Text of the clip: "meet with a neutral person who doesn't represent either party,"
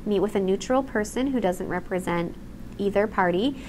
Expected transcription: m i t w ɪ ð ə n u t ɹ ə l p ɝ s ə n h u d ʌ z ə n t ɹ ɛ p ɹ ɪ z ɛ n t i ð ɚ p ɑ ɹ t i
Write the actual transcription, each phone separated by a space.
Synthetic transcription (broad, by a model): m i t w ɪ ð ə n u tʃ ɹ l p ɝ s ə n h u d ʌ z ə n t ɹ ɛ p ɹ ɪ z ɛ n t i ð ɚ p ɑ ɹ t i